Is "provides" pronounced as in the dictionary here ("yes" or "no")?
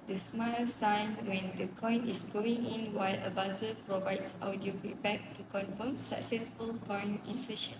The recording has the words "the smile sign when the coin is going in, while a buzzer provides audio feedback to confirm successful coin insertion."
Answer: no